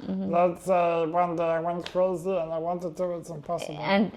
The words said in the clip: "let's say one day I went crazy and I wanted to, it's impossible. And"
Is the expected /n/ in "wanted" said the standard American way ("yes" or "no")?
yes